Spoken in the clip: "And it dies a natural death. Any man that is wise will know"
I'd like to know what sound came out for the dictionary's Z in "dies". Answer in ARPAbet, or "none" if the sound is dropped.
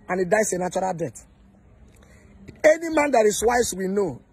S